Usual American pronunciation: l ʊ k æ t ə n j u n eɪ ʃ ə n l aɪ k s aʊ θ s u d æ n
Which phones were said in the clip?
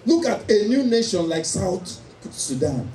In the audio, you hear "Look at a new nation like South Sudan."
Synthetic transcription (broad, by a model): l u k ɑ t ə n j u n eɪ ʃ ə n l aɪ k s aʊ t s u d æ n